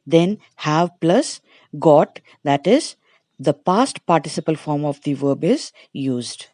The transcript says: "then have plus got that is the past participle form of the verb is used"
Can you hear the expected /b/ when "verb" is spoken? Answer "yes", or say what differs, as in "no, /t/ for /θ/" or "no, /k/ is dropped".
yes